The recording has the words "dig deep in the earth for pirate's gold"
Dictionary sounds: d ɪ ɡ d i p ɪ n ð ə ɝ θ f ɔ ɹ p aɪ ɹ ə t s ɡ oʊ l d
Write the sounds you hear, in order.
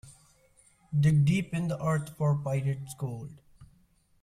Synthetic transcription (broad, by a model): d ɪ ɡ d i p ɪ n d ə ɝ t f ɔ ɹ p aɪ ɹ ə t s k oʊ l d